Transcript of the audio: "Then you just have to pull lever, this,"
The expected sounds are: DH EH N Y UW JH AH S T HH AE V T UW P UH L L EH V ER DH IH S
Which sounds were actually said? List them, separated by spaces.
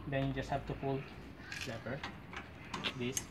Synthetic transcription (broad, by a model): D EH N Y UW JH AH S T HH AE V T UW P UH L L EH P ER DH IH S